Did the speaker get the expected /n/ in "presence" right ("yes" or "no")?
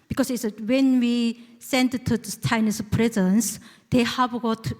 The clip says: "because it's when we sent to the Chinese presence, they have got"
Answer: yes